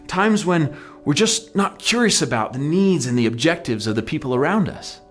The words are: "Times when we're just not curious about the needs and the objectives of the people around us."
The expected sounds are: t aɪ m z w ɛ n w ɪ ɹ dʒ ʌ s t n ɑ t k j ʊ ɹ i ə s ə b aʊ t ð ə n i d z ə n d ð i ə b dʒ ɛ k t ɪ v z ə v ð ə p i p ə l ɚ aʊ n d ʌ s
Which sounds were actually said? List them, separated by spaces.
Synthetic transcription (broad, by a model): t aɪ m z w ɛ n w ɪ ɹ dʒ ʌ s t n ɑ t k j ʊ ɹ i ə s ə b aʊ t ð ə n i d z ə n ð i ə b dʒ ɛ k t ɪ v z ə v ð ə p i p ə l ɚ aʊ n d ʌ s